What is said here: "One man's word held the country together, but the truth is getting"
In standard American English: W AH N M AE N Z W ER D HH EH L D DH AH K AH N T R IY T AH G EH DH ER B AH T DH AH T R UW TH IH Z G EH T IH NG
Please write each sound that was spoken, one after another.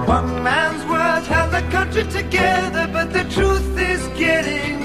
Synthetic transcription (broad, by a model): W AH N M AE N Z W ER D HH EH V DH AH K AH N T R IY T AH G EH DH ER B AH T DH AH T R UW TH IH Z G EH T IH NG